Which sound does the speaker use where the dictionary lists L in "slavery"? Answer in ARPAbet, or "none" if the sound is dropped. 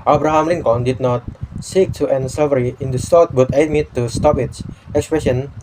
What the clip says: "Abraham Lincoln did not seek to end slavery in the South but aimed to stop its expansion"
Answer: none